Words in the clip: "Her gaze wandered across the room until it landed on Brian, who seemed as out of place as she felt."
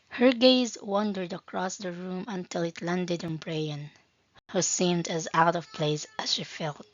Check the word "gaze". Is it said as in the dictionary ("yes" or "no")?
yes